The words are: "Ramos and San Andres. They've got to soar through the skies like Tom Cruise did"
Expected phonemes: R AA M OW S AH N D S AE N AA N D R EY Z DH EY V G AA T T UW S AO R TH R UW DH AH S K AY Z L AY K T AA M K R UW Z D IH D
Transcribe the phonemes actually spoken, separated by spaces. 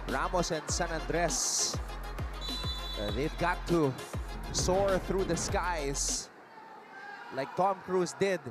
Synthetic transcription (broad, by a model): R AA M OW S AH N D S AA N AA N D R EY S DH EY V G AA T T UW S AO R TH R UW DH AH S K AY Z L AY K T AA M K R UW S D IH D